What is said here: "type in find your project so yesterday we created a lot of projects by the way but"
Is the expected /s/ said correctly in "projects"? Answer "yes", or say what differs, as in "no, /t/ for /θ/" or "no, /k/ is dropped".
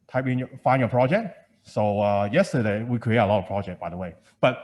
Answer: no, /s/ is dropped